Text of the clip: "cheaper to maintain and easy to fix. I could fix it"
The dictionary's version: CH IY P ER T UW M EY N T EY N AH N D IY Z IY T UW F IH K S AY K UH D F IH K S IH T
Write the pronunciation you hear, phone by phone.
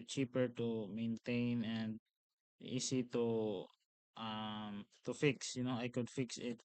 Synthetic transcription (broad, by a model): CH IY P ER T UW M EY N T EY N AH N D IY S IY T UW F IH K S AY K UH D F IH K S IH T